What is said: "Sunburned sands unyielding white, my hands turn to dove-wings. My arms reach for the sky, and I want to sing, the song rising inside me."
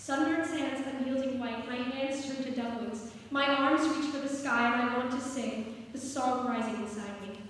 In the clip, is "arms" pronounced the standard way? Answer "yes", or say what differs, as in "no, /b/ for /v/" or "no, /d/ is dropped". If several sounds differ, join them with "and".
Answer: yes